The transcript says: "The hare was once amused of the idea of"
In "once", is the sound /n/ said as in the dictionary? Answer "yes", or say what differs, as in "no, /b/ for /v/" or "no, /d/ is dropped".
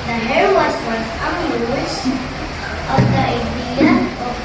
no, /n/ is dropped